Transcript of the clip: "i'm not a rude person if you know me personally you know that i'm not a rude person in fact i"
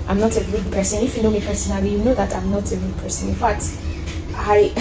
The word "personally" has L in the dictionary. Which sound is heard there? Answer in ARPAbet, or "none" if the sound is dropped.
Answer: none